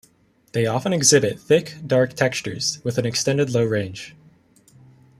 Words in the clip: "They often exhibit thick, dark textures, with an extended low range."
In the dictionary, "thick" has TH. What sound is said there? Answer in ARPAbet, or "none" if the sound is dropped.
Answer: TH